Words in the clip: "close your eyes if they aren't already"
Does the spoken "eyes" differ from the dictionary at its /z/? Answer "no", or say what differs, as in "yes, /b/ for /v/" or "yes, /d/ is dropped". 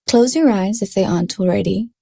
no